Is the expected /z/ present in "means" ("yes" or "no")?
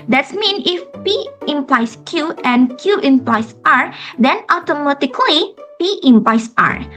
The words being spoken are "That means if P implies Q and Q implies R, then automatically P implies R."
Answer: no